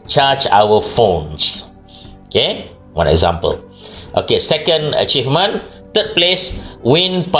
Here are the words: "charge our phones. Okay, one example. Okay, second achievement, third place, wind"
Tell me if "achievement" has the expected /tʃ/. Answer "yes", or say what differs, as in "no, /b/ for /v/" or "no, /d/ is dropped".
yes